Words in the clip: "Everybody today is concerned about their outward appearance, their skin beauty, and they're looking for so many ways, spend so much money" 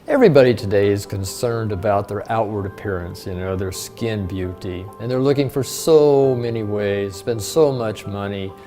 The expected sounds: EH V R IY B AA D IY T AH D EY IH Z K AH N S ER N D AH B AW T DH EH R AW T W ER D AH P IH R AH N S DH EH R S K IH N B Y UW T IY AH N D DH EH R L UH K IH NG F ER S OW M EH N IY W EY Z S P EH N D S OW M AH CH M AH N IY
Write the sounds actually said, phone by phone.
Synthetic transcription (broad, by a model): EH V R IY B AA D IY T AH D EY IH Z K AH N S ER N D AH B AW T DH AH R AW T W ER D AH P IH R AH N S DH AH R S K IH N B Y UW T IY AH N DH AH R L UH K IH NG F ER S OW M EH N IY W EY Z S P EH N D S OW M AH CH M AH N IY